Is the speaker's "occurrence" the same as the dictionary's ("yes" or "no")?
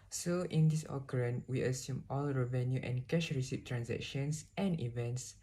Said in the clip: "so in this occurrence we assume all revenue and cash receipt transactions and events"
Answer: no